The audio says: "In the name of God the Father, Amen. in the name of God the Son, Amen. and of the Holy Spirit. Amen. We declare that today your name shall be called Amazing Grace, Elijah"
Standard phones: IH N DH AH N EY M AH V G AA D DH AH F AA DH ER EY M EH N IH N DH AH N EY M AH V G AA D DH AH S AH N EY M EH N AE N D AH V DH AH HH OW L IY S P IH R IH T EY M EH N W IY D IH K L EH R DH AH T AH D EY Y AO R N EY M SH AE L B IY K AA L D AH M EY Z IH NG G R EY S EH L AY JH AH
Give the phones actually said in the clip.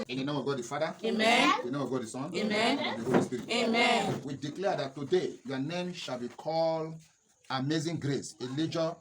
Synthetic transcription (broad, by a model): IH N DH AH N EY M AH V G AA D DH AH F AA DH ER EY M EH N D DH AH N EY M AH V G AA D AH S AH N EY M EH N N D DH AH HH OW L IY S P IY R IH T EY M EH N W IY D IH K L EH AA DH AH T AH D EY Y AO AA N EY M SH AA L B IY K AA L AH M EY Z IH NG G R EY S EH L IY JH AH